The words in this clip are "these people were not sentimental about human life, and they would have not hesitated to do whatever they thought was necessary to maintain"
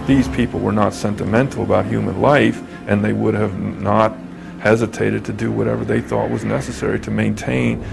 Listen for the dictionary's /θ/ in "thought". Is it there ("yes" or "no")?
yes